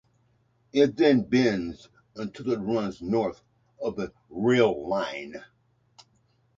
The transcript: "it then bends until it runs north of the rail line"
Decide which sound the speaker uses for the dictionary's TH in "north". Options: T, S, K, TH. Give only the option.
TH